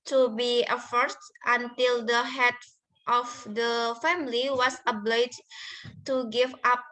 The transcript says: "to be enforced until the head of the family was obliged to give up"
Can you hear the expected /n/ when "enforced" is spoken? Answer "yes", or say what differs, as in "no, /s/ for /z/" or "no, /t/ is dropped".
no, /n/ is dropped